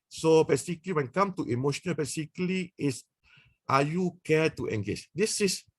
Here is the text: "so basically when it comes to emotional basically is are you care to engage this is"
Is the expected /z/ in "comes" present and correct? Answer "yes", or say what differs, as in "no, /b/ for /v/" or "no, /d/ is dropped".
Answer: no, /z/ is dropped